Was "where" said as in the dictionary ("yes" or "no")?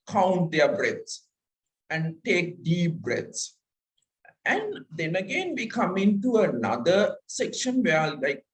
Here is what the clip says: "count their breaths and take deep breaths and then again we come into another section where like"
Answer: no